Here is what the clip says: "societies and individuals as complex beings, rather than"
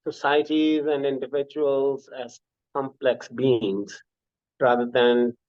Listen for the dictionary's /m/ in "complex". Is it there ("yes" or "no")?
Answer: yes